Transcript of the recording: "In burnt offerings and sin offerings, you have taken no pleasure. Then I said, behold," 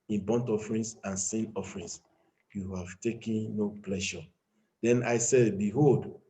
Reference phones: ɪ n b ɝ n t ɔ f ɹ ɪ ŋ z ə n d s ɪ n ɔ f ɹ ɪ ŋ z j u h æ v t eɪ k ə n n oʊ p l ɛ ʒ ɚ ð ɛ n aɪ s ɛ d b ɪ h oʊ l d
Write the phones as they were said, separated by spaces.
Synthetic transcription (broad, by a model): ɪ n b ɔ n t ɔ f ɹ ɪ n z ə n s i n ɔ f ɹ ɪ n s j u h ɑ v t eɪ k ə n n oʊ p l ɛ ʃ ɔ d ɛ n aɪ s ɛ d b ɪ h oʊ l d